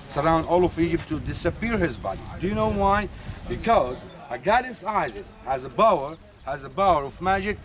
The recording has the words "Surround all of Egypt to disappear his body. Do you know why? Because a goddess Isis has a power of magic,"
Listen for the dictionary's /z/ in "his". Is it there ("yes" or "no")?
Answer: yes